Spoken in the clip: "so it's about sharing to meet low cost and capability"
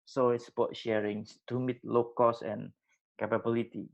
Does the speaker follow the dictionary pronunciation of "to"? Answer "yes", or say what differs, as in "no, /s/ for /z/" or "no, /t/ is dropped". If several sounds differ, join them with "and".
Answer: no, /s/ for /t/